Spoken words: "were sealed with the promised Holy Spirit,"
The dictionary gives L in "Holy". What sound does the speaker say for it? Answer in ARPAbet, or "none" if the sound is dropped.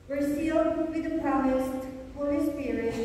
none